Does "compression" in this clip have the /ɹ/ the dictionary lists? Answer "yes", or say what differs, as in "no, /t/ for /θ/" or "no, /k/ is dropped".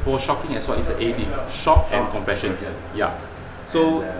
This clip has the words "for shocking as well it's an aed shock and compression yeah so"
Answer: no, /ɹ/ is dropped